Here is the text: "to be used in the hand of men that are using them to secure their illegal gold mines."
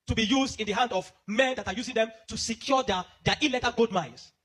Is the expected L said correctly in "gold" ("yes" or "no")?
no